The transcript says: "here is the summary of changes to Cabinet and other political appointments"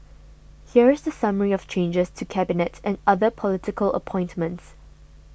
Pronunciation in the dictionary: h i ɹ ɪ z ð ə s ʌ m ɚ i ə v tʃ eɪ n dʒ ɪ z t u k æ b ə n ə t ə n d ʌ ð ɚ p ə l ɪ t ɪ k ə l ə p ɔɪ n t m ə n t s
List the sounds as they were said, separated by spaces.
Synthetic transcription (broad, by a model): h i ɹ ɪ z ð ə s ʌ m ɚ i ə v tʃ eɪ n dʒ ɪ s t u k æ b ə n ə t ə n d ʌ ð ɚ p ə l ɪ t ɪ k ə l ə p ɔɪ n t m ə n t s